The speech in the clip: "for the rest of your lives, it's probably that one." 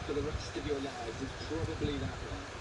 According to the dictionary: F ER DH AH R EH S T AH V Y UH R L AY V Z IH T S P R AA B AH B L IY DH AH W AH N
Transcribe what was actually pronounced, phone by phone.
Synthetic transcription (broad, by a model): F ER DH AH R EH S T AH V Y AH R L AY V IH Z P R AA B AH B L IY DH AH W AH